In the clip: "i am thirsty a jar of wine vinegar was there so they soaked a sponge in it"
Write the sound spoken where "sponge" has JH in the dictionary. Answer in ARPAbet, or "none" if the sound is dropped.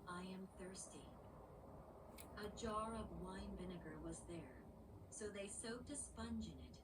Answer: JH